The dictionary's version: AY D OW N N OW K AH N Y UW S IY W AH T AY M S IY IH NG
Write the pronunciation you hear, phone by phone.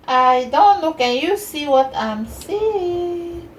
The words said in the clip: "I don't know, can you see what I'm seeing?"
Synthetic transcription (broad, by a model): AY D OW N L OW K AH N Y UW S IY W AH T AY M S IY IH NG